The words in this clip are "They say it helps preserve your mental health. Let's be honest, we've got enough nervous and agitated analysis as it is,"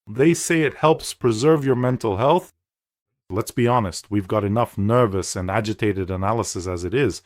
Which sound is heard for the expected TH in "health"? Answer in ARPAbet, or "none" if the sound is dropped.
TH